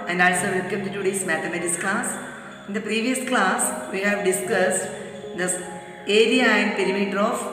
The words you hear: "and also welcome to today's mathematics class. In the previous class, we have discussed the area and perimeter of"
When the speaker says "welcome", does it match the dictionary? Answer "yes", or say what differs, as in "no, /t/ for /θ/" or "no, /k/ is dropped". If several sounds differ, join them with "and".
no, /l/ is dropped